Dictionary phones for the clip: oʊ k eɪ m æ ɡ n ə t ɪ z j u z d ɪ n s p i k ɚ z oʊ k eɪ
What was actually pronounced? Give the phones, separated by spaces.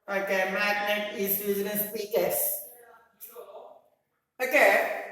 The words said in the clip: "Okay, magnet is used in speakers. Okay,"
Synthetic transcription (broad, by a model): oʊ k eɪ m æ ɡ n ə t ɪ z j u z ɪ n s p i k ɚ s oʊ k eɪ